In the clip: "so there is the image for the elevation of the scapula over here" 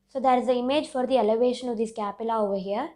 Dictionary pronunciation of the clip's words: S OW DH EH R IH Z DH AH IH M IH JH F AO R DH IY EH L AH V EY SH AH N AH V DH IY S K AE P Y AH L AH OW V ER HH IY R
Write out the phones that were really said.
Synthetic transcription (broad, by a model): S OW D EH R IH Z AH IH M IH JH F AO R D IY EH L AH V EY SH AH N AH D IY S K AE P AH L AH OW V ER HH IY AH